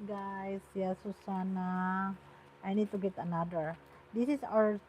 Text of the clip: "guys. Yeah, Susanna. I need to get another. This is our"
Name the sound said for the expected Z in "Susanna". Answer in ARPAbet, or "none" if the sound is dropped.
S